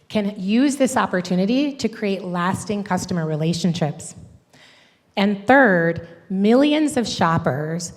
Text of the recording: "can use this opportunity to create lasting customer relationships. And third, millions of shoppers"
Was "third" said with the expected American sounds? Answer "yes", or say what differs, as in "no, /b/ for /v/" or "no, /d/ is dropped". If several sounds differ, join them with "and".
yes